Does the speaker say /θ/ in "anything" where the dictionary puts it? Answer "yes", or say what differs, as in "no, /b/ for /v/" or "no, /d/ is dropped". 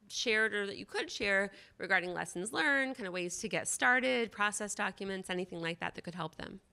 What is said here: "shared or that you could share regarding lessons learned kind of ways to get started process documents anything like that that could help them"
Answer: yes